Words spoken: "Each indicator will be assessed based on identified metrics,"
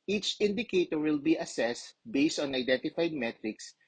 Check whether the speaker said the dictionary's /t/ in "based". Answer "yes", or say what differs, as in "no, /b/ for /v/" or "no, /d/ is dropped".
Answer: yes